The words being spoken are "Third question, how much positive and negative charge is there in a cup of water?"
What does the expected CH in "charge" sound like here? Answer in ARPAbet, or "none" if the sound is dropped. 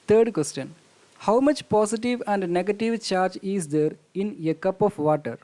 CH